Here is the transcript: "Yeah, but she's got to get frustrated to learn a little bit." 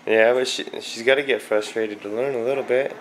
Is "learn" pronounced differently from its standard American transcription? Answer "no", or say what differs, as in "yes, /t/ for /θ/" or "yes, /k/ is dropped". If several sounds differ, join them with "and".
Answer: yes, /n/ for /l/